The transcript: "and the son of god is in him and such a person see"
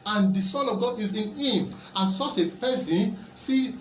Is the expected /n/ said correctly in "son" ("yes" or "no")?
no